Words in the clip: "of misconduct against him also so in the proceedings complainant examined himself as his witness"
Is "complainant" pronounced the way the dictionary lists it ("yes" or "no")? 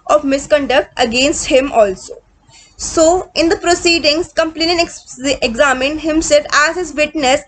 no